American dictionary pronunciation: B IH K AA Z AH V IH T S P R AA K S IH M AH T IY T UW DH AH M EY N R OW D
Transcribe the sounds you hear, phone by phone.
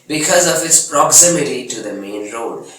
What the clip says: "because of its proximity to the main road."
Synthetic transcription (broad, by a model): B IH K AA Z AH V IH T S P R AA K S IH M AH T IY T UW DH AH M EY N R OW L